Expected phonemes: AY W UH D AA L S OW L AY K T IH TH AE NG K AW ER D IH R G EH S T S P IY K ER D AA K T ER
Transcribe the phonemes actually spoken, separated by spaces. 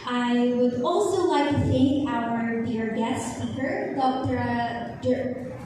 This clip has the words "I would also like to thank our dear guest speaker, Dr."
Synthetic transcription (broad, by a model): AY W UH D AA L S OW L AY K T IH TH AE NG K AW ER D IH R G EH S T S F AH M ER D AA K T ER